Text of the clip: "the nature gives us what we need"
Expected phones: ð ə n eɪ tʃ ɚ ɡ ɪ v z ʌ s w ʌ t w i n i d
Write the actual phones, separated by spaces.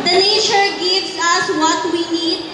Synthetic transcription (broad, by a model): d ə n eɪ ʃ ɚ ɡ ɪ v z ʌ s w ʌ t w i n i d